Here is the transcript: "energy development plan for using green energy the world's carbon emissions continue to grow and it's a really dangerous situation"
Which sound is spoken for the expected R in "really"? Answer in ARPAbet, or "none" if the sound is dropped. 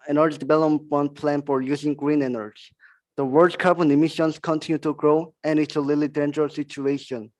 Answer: L